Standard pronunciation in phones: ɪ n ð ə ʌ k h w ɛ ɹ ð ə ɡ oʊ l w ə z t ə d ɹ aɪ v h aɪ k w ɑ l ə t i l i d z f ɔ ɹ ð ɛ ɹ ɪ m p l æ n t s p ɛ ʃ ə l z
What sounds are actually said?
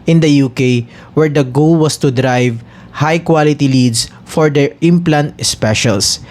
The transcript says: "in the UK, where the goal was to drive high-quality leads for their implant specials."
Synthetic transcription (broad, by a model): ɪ n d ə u k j w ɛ ɹ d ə ɡ oʊ l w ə s t ə d ɹ aɪ v h aɪ k w ɑ l ə t i l i d s f ɔ ɹ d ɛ ɹ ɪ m p l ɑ n t s p ɛ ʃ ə l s